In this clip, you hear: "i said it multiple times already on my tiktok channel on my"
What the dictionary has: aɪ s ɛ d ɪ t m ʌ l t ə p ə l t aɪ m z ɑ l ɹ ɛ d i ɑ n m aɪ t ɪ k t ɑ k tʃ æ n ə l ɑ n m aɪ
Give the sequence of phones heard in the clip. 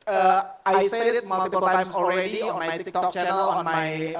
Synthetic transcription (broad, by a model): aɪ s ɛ ɪ t m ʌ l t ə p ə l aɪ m ɑ l ɹ ɛ d i ɑ n m aɪ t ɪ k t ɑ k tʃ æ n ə l ɑ n m aɪ